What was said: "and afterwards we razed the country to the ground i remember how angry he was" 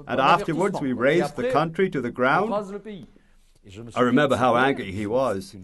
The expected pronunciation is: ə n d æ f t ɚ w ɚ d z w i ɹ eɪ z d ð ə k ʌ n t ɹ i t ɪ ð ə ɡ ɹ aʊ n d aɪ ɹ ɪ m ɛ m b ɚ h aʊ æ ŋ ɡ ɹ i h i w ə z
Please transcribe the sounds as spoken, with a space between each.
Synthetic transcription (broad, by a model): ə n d æ f t ɚ w ɚ d z w i ɹ eɪ z ð ə k ʌ n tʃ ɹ i t ɪ ð ə ɡ ɹ aʊ n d aɪ ɹ ɪ m ɛ m b ɚ h aʊ æ ŋ ɡ ɹ i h i w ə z